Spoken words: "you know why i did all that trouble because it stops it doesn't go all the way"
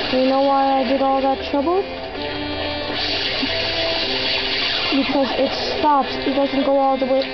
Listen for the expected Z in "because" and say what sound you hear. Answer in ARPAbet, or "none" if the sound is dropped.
Z